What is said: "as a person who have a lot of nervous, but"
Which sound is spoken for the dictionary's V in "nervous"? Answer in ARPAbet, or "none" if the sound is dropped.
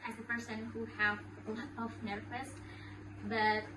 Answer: W